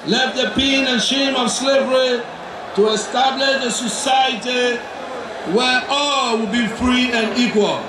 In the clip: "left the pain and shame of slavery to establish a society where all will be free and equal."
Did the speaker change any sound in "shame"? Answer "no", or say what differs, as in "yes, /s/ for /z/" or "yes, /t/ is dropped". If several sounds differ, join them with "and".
no